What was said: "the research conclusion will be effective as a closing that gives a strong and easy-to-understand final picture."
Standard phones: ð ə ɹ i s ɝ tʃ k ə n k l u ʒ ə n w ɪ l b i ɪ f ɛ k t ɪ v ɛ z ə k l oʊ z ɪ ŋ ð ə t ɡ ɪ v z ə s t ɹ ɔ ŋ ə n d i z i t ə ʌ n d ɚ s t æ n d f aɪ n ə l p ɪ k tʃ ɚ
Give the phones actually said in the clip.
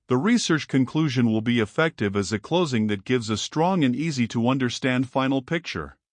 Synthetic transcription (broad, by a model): ð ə ɹ i s ɝ tʃ k ə n k l u ʒ ə n w ɪ l b i ɪ f ɛ k t ɪ v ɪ z ə k l oʊ z ɪ ŋ ð ə t ɡ ɪ v z ə s t ɹ ɔ ŋ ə n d i z i t ə ʌ n d ɚ s t æ n d f aɪ n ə l p ɪ k tʃ ɚ